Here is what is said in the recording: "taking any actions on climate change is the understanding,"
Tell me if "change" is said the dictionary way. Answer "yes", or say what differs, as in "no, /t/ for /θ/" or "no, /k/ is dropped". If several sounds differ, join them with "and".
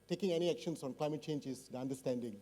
yes